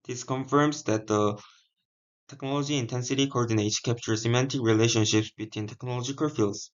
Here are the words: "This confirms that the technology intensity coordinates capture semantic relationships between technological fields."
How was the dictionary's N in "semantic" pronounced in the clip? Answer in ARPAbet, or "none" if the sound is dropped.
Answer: N